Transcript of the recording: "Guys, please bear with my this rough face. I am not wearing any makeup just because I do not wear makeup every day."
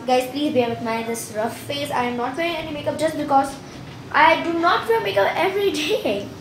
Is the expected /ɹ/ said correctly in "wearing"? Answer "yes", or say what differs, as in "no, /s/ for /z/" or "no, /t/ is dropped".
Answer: no, /ɹ/ is dropped